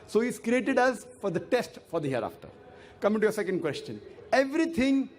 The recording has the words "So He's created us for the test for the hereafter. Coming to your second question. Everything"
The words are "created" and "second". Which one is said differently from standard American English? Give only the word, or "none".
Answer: none